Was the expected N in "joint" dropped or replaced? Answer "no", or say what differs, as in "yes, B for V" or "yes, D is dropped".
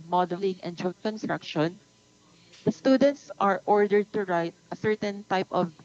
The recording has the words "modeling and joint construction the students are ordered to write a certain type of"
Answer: yes, N is dropped